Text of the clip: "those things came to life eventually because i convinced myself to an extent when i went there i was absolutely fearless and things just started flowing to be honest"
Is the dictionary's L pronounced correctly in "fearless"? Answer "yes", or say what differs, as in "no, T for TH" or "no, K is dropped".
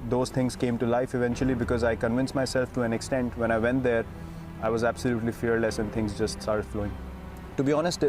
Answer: yes